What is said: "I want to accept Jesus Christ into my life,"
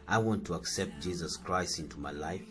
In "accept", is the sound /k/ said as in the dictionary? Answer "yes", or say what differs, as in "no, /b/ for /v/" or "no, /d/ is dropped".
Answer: yes